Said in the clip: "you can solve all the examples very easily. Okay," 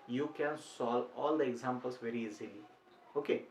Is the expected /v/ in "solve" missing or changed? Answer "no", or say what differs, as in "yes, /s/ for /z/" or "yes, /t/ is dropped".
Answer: yes, /v/ is dropped